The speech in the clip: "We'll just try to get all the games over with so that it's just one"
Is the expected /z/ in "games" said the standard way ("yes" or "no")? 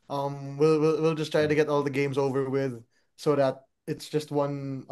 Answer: yes